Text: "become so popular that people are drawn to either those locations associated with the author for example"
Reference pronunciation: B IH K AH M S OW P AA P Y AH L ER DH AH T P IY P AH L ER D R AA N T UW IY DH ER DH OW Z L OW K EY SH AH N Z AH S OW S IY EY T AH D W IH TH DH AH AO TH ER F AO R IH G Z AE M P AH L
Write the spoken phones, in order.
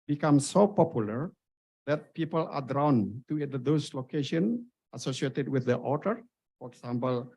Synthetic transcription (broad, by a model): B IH K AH M S OW P AA P Y AH L ER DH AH T P IY P AH L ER D R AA N T UW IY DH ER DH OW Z L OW K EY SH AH N AH S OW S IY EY T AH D W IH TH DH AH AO T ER F AO R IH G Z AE M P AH L